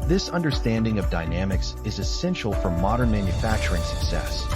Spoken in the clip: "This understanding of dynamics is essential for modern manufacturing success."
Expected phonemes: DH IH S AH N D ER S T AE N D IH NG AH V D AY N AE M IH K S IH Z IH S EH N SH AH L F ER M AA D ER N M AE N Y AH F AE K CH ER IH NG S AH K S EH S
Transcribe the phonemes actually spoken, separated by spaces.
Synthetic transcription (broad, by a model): DH IH S AH N D ER S T AE N D IH NG AH V D AY N AE M IH K S IH Z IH S EH N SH L F ER M AA D ER N M AE N Y AH F AE K CH ER IH NG S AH K S EH S